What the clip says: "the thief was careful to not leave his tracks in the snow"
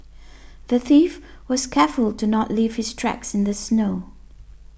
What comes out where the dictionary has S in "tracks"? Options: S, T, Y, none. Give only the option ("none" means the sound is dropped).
S